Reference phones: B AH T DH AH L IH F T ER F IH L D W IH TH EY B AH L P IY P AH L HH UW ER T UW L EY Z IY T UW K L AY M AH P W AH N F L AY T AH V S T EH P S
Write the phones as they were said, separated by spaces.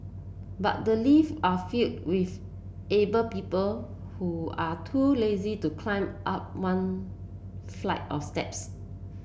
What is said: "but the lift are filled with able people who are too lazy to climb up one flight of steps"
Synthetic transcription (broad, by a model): B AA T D AH L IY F AA F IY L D W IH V EY B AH P IY P AH L HH UW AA T UW L EY Z IY T UW K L AY M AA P W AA N F L AY T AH F S T EH P S